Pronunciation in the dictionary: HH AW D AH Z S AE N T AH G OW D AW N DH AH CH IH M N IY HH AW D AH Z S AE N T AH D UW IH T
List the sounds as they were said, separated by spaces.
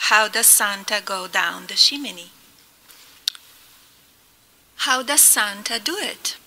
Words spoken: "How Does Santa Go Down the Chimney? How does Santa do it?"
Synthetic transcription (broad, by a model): HH AW D AH Z S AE N T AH G OW D AW N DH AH SH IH M N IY HH AW D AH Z S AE N T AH D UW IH T